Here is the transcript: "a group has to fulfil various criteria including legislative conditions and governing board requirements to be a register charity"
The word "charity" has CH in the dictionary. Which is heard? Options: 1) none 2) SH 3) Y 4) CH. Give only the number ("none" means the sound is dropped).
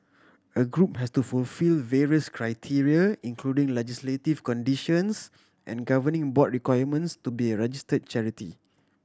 4